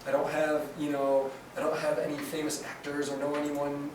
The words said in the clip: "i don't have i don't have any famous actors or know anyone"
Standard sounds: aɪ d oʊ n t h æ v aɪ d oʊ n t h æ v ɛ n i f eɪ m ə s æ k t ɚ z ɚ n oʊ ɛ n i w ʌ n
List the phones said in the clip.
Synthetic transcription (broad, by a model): aɪ d oʊ n t h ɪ v aɪ d oʊ n t h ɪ v ɛ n i f eɪ m ə s æ k t ɚ z ɚ n oʊ ɛ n i w ʌ n